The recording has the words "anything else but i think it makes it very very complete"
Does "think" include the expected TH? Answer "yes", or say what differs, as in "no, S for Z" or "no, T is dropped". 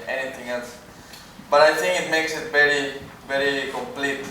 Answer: no, T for TH